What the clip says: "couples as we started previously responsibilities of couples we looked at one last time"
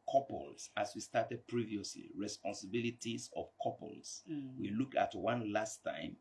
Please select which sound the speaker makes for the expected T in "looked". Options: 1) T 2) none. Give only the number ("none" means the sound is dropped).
2